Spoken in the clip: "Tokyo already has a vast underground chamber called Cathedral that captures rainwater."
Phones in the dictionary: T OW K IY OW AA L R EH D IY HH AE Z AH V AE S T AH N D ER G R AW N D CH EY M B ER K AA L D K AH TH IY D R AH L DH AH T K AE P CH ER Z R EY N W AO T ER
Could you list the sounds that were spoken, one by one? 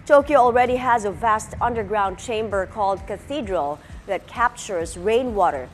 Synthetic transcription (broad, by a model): T OW K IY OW AA L R EH D IY HH AE Z AH V AE S T AH N D ER G R AW N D CH EY M B ER K AA L D K AH TH IY D R AH L DH AH T K AE P CH ER Z R EY N W AO T ER